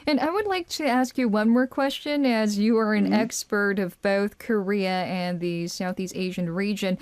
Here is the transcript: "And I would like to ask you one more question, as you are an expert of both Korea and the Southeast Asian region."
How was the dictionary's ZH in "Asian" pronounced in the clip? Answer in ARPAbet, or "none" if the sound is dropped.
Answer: ZH